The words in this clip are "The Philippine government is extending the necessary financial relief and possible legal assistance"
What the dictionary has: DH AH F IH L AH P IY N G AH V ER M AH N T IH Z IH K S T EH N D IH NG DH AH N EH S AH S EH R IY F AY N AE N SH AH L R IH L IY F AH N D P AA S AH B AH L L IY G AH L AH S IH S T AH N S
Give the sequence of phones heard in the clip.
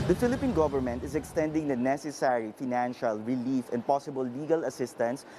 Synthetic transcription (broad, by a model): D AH F IH L AH P IY N G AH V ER M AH N T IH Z IH K S T EH N D IH NG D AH N EH S AH S EH R IY F AY N AE N SH AH L R IH L IY F AH N D P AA S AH B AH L L IY G AH L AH S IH S T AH N S